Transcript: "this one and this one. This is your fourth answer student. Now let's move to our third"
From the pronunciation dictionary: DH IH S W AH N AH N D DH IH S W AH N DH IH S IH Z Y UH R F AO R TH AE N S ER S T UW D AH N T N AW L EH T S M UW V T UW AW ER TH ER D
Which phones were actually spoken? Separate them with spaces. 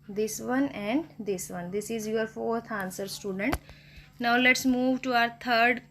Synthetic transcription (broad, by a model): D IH S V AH N AH N D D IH S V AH N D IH S IH Z Y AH R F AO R T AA N S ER S T UW D AH N T N AW L EH T S M UW V T UW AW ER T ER D